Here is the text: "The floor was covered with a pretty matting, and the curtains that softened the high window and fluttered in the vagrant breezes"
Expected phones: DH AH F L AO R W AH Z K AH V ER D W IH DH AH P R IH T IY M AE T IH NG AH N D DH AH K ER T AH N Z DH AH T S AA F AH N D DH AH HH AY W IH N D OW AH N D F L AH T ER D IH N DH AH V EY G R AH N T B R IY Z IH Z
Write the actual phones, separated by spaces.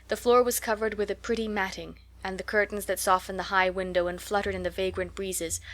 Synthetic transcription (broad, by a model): DH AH F L AO R W AH Z K AH V ER D W IH DH AH P R IH T IY M AE T IH NG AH N DH AH K ER T N Z DH AH T S AA F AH N DH AH HH AY W IH N D OW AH N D F L AH T ER D IH N DH AH V EY G R AH N T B R IY Z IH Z